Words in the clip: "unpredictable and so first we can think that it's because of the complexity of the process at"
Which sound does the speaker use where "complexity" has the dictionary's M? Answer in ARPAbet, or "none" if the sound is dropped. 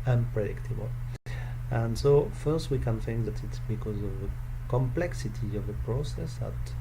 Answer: M